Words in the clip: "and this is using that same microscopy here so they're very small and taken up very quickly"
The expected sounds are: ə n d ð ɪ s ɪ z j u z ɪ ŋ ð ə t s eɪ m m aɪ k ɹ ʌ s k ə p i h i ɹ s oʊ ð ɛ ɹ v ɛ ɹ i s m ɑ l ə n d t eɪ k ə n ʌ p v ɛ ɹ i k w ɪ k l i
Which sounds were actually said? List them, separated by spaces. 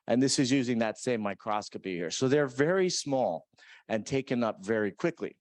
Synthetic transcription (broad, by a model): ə n ð ɪ s ɪ z j u z ɪ ŋ ð ə t s eɪ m m aɪ k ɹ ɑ s k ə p i h i ɹ s oʊ ð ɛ ɹ v ɛ ɹ i s m ɑ l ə n t eɪ k ə n ʌ p v ɛ ɹ i k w ɪ k l i